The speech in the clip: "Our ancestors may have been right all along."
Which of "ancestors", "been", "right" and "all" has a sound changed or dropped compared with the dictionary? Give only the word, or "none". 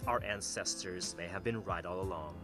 none